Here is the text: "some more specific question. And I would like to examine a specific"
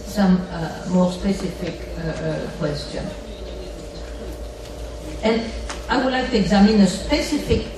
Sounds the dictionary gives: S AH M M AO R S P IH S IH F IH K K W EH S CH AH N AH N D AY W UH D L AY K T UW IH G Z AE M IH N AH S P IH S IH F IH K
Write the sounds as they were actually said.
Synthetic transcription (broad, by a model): S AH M M AO R S P IH S IH F IH K K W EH S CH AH N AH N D AY W UH D L AY K T UW IH G Z AE M IH N AH S P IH S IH F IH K